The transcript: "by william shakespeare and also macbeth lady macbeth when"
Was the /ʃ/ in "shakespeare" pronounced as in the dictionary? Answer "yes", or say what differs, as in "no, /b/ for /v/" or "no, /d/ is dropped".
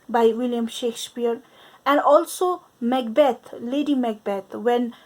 yes